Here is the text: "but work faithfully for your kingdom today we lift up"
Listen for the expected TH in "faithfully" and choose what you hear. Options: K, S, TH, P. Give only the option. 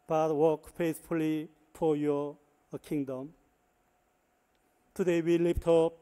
S